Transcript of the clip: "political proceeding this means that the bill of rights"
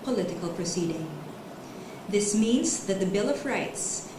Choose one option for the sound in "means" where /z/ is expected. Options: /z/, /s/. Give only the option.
/z/